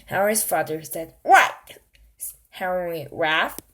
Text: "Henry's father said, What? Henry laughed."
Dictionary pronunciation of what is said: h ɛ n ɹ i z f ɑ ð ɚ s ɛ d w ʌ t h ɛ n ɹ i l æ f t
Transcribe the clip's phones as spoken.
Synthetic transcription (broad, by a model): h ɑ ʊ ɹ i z f ɑ ð ɚ s ɛ d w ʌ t h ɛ ɹ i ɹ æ f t